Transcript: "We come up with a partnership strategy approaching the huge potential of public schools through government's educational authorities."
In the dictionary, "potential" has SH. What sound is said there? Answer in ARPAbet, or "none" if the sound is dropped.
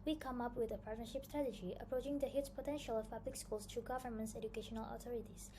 SH